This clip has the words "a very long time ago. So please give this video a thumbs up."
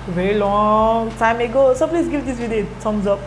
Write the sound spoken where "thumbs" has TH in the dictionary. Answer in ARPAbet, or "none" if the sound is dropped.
S